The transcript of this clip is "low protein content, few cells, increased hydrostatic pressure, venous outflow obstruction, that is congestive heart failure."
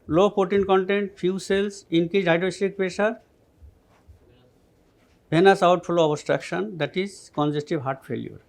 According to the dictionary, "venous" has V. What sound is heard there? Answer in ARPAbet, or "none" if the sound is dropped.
B